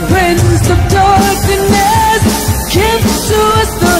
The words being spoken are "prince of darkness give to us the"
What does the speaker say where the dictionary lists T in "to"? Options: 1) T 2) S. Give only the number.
2